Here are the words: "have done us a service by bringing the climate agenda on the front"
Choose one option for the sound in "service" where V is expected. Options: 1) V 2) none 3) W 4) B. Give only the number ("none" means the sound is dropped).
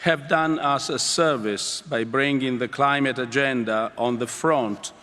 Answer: 1